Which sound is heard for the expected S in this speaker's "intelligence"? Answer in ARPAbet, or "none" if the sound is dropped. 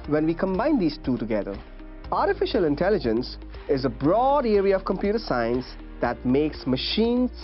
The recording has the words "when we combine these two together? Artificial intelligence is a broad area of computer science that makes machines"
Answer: S